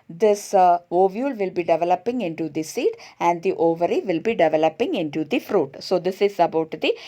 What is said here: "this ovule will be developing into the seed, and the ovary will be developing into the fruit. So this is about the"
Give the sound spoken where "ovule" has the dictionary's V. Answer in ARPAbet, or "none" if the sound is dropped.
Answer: V